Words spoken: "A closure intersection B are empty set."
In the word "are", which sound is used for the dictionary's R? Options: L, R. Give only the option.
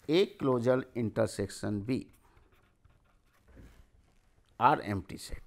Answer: R